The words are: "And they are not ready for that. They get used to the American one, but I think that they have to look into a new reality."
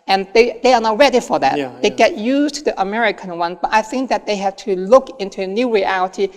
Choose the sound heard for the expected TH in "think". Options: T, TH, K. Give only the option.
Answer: TH